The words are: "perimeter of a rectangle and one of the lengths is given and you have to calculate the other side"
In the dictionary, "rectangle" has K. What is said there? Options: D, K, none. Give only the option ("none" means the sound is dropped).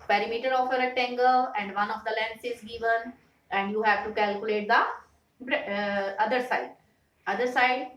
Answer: none